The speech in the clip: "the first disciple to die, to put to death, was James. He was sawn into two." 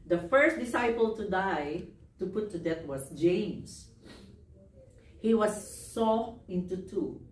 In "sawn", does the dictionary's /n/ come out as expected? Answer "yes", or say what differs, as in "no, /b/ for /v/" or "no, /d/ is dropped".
no, /n/ is dropped